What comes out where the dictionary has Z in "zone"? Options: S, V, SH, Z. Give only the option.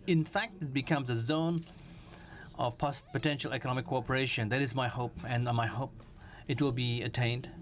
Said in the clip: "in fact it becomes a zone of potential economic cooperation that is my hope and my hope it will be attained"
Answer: Z